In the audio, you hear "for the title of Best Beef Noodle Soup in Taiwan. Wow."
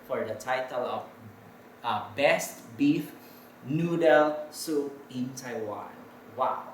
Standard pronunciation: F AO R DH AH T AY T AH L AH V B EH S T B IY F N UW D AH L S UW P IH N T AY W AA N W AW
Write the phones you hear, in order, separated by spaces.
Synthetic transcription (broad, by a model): F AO R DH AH T AY T AH L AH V B EH S T B IY F N UW D AH L S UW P IH N T AY W AA N W AW